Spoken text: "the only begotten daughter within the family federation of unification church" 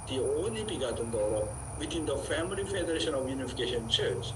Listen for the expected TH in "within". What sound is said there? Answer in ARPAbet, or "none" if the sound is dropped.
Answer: T